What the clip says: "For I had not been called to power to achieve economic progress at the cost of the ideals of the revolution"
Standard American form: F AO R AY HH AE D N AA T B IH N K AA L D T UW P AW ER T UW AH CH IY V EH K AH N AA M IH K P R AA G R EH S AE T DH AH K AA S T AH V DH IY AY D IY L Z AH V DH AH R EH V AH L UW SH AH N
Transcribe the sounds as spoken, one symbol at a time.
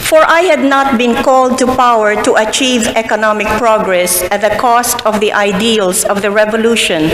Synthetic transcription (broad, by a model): F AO R AY HH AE D N AA T B IH N K AA L D T UW P AW ER T UW AH CH IY V EH K AH N AA M IH K P R AA G R EH S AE T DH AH K AA S T AH V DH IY AY D IY L S AH V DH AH R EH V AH L UW SH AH N